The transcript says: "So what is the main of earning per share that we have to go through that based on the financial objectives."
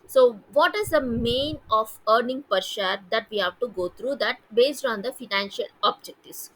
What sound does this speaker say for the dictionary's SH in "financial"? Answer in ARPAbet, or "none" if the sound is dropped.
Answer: SH